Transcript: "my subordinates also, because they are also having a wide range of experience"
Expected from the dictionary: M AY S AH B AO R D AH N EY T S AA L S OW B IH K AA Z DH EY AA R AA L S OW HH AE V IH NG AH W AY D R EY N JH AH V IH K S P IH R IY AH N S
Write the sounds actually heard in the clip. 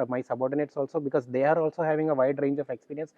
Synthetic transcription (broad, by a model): M AY S AH B AO R D AH N EY T S AA L S OW B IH K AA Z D EY AA R AA L S OW HH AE V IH NG AH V AY D R EY N JH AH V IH K S P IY R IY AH N S